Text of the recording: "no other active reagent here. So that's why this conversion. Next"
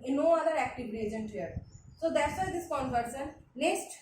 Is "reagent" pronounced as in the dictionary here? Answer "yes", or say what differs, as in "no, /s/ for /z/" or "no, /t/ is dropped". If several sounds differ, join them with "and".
yes